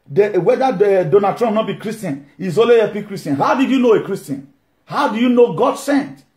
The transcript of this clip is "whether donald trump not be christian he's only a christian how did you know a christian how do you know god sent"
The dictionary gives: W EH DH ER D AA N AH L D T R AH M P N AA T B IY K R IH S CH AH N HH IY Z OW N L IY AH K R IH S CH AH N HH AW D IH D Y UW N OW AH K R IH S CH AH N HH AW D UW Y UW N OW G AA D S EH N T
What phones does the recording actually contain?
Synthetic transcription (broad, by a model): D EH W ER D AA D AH N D T R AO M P N AA T B IY K R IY S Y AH N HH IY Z OW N L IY AH K R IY S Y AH N HH AW D IH D Y UW N OW AH K R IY S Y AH N HH AW D UW Y UW N OW G AA D S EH N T